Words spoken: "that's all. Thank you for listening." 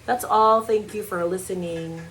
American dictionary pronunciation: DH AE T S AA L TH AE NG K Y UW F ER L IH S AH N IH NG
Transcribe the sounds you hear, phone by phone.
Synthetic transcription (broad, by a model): DH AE T S AA L TH AE NG K Y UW F ER L IH S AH N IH NG